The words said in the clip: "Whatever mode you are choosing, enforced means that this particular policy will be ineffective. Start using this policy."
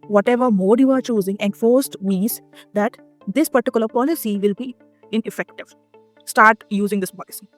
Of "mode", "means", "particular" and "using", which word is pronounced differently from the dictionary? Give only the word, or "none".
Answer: means